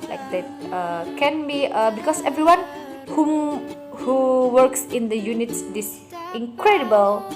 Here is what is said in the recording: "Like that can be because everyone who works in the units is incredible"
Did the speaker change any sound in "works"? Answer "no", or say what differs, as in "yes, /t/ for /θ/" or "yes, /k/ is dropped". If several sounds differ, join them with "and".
no